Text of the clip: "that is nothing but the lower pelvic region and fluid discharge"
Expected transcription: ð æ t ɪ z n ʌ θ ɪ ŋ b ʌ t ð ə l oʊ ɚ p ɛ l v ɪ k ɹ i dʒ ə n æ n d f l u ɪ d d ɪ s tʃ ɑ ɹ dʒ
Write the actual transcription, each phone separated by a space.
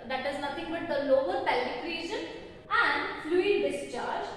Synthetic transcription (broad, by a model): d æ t ɪ z n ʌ t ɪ ŋ b ʌ t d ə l oʊ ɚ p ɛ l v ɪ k ɹ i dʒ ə n æ n d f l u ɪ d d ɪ s tʃ ɑ ɹ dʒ